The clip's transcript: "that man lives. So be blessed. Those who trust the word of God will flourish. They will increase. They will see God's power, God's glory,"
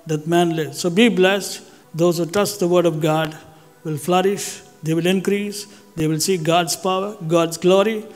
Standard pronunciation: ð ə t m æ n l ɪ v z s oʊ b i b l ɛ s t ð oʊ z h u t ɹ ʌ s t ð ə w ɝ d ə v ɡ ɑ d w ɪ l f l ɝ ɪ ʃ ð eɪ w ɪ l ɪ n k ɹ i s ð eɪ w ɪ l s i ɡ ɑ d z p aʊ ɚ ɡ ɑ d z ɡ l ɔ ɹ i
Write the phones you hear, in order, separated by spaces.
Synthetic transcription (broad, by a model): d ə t m æ n l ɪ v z s oʊ b i b l ɛ s t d oʊ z h u t ʌ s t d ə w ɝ d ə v ɡ ɑ d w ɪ l f l ɝ ɪ ʃ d eɪ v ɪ l ɪ n k ɹ i s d eɪ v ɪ l s i ɡ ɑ d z p aʊ ɚ ɡ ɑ d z ɡ l ɔ ɹ i